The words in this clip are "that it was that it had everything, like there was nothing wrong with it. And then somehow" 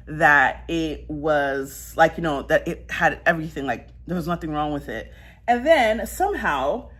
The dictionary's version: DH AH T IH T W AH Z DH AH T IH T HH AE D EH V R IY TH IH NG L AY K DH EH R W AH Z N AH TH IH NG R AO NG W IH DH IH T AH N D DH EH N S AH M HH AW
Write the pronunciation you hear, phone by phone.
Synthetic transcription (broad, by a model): DH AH T IH T W AH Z DH AH T IH T HH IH D EH V R IY TH IH NG L AY K DH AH R W AH Z N AH TH IH NG R AO NG W IH DH IH T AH N DH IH N S AH M HH AW